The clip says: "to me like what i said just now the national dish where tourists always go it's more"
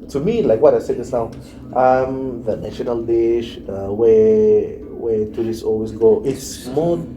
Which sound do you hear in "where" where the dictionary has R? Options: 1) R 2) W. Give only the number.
2